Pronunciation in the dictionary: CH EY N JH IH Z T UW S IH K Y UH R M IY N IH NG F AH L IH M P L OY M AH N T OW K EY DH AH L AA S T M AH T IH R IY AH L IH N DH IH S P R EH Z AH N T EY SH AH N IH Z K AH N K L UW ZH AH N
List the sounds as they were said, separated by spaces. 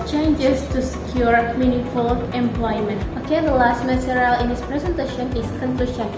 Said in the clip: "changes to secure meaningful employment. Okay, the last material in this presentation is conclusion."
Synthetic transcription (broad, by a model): CH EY N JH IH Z T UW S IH K Y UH R M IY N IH F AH L IH M P L OY M AH N T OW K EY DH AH L AA S T M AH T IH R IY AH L IH N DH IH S P R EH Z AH N T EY SH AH N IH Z K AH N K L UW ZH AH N